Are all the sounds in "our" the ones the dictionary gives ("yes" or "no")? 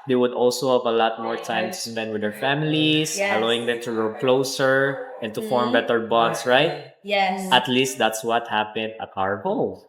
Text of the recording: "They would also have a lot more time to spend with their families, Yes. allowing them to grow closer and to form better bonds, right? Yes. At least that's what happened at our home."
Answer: yes